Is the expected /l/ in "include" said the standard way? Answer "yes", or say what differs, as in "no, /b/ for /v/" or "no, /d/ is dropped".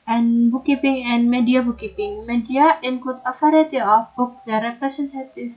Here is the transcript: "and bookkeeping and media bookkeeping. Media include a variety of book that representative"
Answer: no, /l/ is dropped